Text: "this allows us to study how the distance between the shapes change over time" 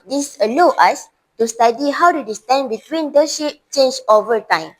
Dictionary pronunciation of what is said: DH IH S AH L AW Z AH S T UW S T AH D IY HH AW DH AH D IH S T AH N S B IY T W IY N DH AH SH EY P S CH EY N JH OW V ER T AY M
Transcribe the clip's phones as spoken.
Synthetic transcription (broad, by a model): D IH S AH L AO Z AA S T UW S T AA D IY HH AW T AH D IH S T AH N B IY T W IY N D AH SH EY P CH EY N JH OW V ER T AY M